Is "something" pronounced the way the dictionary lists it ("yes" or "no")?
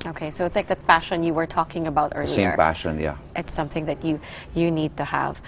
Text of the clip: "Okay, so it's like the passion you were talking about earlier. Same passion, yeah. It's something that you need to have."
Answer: yes